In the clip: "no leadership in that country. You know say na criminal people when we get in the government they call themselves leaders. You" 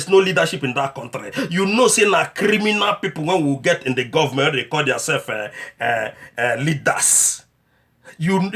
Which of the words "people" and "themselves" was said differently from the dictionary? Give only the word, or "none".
themselves